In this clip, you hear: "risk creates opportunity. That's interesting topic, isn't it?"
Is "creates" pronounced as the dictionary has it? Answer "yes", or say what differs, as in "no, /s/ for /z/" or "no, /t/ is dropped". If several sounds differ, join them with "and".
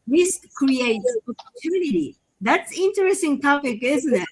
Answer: no, /s/ is dropped